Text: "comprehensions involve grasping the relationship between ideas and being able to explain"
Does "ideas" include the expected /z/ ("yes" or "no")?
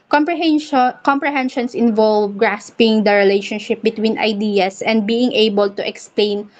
no